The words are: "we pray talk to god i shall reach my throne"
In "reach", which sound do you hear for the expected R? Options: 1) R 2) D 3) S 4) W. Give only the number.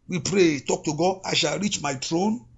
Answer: 1